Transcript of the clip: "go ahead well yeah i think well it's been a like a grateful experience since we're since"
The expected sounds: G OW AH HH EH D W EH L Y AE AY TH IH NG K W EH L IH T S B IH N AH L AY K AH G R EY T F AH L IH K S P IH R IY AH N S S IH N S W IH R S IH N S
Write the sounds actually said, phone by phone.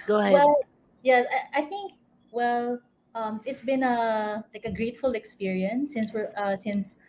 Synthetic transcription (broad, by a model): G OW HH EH W EH L Y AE AY TH IH NG K W EH L IH T S B IH N AH L AY K AH G R EY T F AH L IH K S P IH R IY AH N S S IH N S W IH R S IH N S